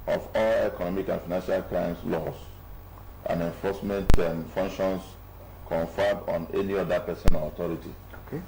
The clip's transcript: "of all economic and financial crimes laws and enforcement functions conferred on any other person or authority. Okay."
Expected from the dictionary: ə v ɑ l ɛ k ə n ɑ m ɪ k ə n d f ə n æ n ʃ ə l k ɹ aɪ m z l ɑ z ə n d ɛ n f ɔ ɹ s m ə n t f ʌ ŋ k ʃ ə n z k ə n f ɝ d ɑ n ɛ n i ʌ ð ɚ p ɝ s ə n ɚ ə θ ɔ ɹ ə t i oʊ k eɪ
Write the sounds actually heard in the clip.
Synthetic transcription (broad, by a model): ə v ɑ l ɛ k ə n ɑ m ɪ k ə n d f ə n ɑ n ʃ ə l k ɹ aɪ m s l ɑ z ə n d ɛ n f ɔ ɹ s m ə n t f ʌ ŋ k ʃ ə n s k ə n f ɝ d ɑ n ɛ n i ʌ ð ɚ p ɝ s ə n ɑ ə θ ɔ ɹ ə t i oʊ k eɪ